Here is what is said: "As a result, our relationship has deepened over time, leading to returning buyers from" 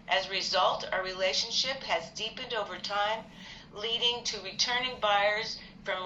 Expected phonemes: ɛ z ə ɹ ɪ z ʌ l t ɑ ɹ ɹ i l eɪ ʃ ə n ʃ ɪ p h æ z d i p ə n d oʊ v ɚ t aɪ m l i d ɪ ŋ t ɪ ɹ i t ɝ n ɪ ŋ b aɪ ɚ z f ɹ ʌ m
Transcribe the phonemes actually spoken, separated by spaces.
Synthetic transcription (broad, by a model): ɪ z ɹ ɪ z ʌ l t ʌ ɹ ɹ i l eɪ ʃ ə n ʃ ɪ p h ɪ z d i p ə n d oʊ v ɚ t aɪ m l i d ɪ ŋ t ɪ ɹ i t ɝ n ɪ ŋ b aɪ ɚ z f ɹ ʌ m